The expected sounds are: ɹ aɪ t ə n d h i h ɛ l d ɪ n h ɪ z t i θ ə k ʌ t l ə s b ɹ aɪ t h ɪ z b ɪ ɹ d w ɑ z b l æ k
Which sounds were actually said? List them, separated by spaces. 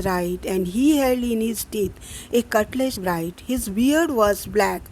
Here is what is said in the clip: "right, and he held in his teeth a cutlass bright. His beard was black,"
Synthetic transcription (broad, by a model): ɹ aɪ t ə n d h i h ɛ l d ɪ n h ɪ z t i t ə k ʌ t l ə ʃ b ɹ aɪ t h ɪ z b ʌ ɹ d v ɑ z b l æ k